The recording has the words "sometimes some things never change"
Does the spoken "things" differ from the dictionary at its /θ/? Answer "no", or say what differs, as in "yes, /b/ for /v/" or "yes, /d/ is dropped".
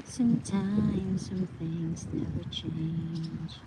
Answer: no